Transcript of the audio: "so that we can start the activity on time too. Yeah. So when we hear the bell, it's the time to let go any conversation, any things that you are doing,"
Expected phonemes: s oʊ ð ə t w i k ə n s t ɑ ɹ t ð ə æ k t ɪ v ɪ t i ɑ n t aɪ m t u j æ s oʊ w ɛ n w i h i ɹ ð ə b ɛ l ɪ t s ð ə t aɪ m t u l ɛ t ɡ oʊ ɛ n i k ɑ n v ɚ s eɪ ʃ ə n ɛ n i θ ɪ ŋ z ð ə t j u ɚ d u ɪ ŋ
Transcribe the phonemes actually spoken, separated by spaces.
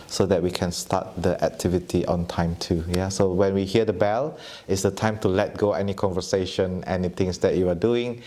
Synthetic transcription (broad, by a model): s oʊ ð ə t w i k ə n s t ɑ t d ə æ k t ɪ v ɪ t i ɑ n t aɪ m t u j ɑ s oʊ w ɛ n w i h i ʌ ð ə b ɛ l ɪ t s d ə t aɪ m t u l ɛ t ɡ oʊ ɛ n i k ɑ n v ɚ s eɪ ʃ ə n ɛ n i t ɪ ŋ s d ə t j u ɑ d u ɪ ŋ